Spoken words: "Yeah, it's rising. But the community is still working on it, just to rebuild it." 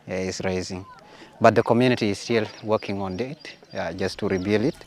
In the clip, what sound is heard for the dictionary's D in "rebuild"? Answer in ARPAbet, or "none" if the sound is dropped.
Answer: none